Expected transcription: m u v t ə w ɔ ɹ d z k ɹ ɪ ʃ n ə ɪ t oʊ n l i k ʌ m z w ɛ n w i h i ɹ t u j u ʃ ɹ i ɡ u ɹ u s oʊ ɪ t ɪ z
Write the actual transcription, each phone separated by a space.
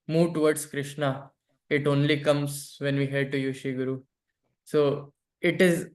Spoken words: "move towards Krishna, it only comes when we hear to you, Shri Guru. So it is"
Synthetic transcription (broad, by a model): m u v t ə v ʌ ɹ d s k ɹ ɪ ʃ n ə ɪ t oʊ n l i k ʌ m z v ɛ n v i h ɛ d t u j u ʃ i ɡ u ɹ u s oʊ ɪ t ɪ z